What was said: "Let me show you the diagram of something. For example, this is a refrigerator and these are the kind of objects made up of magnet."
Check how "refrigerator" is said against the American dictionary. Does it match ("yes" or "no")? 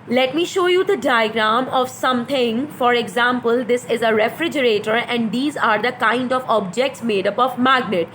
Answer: yes